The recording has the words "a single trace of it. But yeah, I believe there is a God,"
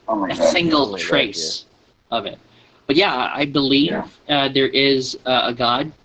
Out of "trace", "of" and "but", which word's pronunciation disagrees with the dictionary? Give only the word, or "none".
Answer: none